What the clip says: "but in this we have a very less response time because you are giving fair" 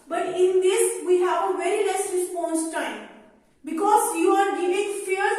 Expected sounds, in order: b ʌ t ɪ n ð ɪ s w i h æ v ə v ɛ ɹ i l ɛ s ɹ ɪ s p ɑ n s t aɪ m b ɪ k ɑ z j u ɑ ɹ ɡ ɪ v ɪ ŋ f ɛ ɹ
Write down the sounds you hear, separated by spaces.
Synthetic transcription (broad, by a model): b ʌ t ɪ n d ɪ s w i h æ v ə v ɛ ɹ i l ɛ s ɹ ɪ s p ɑ n s t aɪ m b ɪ k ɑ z j u ɑ ɹ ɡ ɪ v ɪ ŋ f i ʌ